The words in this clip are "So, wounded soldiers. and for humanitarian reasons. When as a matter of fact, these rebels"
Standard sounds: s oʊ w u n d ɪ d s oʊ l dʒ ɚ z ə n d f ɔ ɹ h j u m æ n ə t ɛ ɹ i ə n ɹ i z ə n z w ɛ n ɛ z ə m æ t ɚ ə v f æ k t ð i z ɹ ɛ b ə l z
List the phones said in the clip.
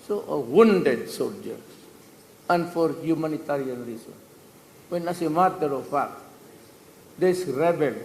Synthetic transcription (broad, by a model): s oʊ w u n d ɪ d s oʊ l dʒ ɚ s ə n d f ɔ ɹ h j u m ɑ n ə t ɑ ɹ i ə n ɹ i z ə n w ɛ n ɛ s ə m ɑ t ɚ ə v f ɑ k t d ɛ s ɹ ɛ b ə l